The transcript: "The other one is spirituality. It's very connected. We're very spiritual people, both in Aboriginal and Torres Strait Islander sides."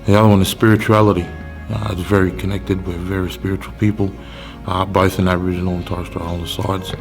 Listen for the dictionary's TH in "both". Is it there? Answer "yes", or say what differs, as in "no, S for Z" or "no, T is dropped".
yes